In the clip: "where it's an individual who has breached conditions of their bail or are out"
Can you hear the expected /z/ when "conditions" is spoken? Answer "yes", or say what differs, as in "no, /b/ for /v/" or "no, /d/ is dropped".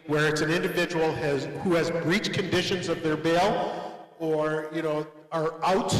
yes